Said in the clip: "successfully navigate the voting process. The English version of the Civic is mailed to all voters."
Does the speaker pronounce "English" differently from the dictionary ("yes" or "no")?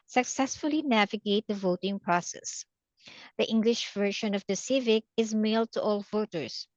no